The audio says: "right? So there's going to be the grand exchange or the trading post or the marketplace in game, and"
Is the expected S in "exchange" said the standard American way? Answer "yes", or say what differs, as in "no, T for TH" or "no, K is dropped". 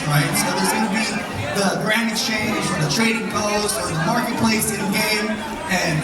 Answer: no, S is dropped